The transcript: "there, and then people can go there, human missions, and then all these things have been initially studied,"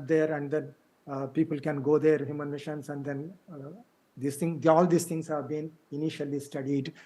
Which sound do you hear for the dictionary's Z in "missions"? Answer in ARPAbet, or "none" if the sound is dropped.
S